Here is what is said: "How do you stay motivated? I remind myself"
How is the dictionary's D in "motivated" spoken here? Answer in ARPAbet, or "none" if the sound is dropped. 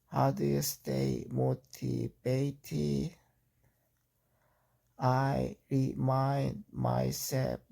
none